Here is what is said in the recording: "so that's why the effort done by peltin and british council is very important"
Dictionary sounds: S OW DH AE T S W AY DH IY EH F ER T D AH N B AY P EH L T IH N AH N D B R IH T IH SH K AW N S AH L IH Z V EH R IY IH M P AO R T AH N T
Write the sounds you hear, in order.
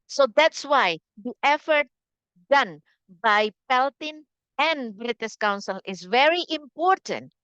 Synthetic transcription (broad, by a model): S OW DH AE T S W AY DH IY EH F ER T D AH N B AY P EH L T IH N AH N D B R IH T IH SH K AW N S AH L IH Z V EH R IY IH M P AO R T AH N T